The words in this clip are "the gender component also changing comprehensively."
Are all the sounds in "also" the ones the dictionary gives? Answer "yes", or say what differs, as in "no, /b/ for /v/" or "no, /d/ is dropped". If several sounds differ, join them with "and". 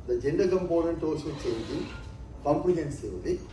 no, /l/ is dropped